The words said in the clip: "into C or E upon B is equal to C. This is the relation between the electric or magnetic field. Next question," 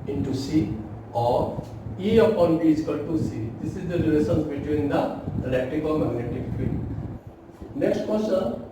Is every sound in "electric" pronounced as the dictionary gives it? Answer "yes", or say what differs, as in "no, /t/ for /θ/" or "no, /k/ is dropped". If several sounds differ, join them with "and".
no, /ɹ/ is dropped